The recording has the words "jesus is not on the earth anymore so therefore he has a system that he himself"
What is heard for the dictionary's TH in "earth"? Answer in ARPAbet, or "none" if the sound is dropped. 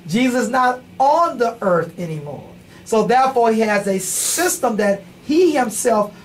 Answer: TH